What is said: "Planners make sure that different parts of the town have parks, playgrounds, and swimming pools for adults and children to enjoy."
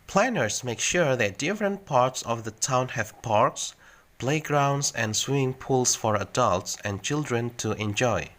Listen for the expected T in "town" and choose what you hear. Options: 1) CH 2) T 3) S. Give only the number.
2